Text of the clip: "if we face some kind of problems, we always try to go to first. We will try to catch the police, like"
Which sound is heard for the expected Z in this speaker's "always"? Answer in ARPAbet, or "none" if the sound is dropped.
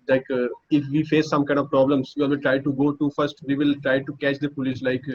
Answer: none